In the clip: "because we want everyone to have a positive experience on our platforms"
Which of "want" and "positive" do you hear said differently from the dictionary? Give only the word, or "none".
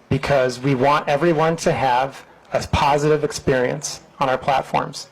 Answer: none